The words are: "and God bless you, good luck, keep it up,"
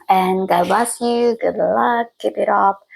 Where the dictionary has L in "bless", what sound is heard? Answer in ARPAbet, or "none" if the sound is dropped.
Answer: none